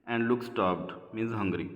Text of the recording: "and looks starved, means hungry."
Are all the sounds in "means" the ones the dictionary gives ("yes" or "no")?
no